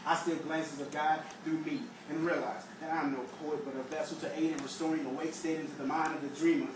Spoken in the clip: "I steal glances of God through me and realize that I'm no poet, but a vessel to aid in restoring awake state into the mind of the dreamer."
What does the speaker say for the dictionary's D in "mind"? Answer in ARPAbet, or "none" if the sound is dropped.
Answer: D